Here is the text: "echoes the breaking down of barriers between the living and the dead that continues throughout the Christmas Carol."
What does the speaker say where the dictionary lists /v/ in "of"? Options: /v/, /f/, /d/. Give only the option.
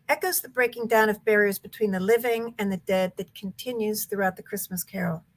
/v/